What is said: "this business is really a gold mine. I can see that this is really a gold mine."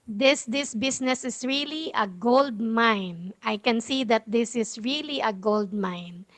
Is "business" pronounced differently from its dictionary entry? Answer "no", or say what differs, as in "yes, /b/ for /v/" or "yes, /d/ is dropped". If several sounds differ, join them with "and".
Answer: yes, /s/ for /z/